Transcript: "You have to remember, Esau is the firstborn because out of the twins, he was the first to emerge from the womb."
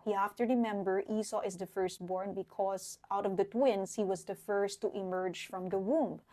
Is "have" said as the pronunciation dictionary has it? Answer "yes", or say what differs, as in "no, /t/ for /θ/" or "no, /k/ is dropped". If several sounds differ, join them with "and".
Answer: no, /f/ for /v/